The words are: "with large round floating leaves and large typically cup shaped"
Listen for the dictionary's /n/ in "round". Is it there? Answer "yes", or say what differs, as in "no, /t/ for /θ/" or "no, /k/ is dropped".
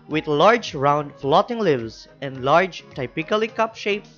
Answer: yes